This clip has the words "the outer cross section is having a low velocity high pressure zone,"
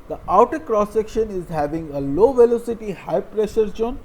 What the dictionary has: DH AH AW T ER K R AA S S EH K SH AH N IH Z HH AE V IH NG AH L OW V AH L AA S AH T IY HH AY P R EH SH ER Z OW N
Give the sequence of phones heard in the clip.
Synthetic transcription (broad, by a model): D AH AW T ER K R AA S S EH K SH AH N IH Z HH AE V IH NG AH L OW V AH L AA S AH T IY HH AY P R EH SH ER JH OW N